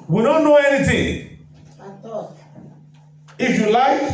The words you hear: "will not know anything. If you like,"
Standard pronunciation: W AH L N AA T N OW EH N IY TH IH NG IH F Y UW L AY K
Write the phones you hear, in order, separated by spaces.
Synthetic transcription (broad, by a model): W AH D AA N OW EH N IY T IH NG IH F Y UW L AY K